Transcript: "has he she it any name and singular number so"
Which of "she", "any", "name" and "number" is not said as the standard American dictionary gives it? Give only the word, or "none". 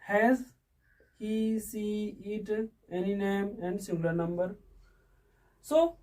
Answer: she